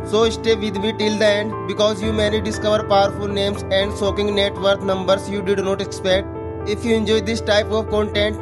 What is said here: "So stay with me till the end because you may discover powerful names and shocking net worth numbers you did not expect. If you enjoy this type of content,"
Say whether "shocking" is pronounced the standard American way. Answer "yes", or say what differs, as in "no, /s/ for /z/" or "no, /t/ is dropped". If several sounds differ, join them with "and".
no, /s/ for /ʃ/